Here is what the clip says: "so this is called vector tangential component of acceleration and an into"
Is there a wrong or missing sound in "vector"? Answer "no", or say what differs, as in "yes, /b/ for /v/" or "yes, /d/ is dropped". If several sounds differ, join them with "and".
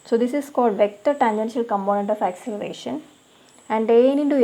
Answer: no